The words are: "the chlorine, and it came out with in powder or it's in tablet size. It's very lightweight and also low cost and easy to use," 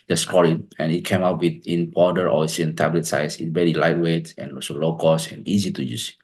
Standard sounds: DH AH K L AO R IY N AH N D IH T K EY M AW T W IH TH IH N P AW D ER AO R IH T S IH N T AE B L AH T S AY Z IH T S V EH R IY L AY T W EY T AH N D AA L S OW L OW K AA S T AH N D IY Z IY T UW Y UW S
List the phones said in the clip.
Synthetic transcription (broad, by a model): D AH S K AO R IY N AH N IH T K EY M AW T W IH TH IH N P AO D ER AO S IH IH N T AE B L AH T S AY S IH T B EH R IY L AY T W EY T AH N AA S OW L OW K AA S AH N IY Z IY T UW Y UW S